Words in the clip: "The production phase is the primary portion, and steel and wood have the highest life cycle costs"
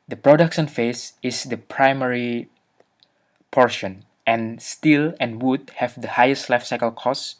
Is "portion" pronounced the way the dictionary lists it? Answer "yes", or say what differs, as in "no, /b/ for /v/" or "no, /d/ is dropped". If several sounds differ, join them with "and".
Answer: yes